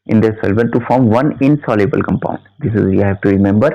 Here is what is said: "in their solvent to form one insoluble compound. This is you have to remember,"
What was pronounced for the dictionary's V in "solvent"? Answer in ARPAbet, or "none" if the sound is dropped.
B